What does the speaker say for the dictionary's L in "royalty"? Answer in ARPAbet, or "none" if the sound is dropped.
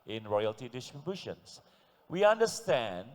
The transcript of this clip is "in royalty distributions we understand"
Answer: L